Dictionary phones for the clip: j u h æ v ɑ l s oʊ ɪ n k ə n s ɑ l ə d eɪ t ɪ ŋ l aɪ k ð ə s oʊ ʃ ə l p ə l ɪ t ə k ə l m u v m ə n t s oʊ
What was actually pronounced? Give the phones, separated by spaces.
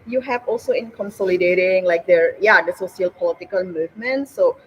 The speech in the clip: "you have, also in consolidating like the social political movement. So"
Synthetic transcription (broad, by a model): j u h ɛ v ɑ l s oʊ ɪ n k ə n s ɑ l ə d eɪ t ɪ ŋ l aɪ k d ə s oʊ s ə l p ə l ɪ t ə k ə l m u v m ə n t s oʊ